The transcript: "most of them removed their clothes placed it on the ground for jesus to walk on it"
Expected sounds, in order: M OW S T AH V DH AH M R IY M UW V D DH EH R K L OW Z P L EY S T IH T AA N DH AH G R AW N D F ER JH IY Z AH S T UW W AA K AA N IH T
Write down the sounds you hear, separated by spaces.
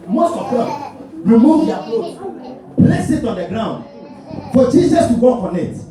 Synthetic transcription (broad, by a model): M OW S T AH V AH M R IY M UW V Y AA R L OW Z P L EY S IH T AA N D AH G R AW N D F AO JH IY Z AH S T UW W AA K AA N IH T